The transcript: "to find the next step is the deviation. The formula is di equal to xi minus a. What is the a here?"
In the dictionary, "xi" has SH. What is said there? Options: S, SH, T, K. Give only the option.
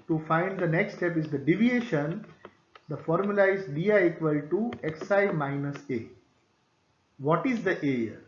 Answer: S